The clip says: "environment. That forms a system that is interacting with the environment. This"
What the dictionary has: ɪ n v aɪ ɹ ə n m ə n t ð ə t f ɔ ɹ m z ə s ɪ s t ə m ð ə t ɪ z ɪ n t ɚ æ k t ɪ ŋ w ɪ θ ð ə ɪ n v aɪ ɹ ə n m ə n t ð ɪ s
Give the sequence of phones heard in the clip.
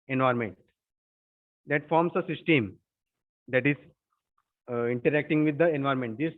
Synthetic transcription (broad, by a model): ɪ n v aɪ ɹ m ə n t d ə t f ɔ ɹ m s ə s ɪ s t ə m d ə t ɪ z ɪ n t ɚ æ k t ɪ ŋ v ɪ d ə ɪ n v aɪ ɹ m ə n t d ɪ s